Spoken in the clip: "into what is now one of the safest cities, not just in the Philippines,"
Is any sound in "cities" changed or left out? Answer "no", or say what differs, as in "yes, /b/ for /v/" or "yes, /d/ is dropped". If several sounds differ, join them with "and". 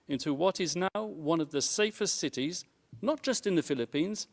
no